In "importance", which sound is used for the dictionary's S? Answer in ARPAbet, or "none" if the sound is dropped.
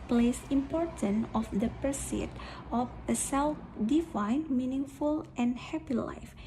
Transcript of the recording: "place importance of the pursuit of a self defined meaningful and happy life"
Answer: none